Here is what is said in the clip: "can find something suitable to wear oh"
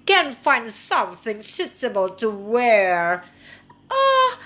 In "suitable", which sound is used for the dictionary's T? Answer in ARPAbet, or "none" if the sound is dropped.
S